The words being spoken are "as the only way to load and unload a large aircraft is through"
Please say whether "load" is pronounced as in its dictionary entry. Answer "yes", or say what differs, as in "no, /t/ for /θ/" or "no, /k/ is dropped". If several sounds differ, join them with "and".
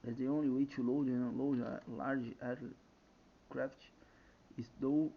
no, /d/ is dropped